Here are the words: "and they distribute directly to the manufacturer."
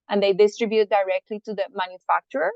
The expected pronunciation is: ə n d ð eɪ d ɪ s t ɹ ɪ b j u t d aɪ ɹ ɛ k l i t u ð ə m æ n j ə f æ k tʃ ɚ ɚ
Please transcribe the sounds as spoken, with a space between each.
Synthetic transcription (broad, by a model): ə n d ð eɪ d ɪ s t ɹ ɪ b j u t d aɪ ɹ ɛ k l i t u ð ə m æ n j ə f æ k tʃ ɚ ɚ